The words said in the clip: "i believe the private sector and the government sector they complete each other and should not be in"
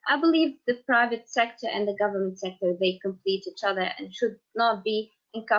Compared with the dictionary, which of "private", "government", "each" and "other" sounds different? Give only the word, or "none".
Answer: none